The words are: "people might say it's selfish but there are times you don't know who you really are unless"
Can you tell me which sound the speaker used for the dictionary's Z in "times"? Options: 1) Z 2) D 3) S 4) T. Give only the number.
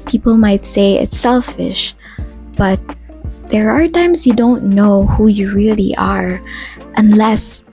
3